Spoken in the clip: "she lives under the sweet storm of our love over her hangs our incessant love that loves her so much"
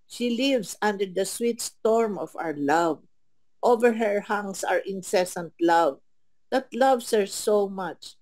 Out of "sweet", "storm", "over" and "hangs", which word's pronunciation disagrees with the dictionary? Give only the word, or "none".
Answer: hangs